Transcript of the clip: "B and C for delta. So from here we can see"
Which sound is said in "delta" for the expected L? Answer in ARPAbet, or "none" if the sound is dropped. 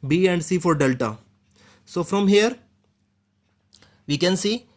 L